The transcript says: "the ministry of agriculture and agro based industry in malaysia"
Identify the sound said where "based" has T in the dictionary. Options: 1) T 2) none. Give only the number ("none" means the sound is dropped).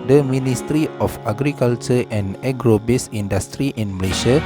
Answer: 2